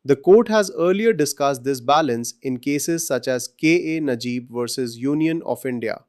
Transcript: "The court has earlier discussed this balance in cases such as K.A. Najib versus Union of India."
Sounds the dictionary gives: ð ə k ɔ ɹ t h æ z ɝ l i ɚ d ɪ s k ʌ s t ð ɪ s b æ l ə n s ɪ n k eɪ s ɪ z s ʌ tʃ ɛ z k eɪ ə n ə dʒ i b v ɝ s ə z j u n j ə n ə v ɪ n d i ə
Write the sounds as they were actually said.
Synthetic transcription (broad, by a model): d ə k ɔ ɹ t h æ z ɝ l i ɚ d ɪ s k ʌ s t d ɪ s b æ l ə n s ɪ n k eɪ s ɪ z s ʌ tʃ ɛ z k eɪ ə n ə dʒ i b v ɝ s ə z j u n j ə n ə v ɪ n d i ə